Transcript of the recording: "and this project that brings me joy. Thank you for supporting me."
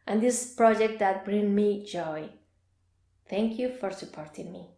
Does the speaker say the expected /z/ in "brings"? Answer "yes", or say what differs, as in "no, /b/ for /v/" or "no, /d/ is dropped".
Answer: no, /z/ is dropped